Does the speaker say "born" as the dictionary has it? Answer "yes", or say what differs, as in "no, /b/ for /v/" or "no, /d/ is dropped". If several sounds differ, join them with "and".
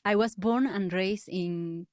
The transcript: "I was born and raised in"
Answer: yes